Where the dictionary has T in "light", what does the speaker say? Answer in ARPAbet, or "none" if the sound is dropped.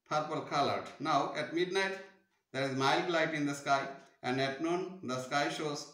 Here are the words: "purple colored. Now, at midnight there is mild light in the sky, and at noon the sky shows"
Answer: T